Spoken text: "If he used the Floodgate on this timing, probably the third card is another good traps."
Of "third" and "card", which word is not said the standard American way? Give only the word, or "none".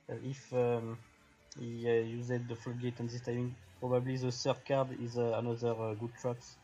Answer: third